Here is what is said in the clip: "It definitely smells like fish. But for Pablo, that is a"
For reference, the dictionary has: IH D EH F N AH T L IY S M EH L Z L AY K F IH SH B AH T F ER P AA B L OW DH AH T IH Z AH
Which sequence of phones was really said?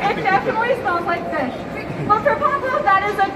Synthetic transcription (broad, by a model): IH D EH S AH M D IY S AA N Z L AY K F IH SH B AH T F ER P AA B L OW DH AH T IH Z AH